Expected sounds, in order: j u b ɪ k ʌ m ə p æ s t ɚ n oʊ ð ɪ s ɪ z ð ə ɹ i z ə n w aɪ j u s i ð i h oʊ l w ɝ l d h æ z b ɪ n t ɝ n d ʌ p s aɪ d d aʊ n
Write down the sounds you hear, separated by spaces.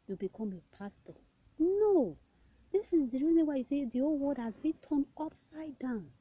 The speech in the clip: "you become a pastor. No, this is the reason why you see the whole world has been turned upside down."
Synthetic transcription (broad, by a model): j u b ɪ k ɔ m ə p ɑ s t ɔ n oʊ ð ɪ s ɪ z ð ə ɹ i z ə w aɪ j u s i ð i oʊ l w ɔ d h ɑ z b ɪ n t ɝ n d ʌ p s aɪ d d aʊ n